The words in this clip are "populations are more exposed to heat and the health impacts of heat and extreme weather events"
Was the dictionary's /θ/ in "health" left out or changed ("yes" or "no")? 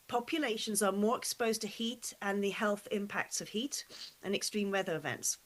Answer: no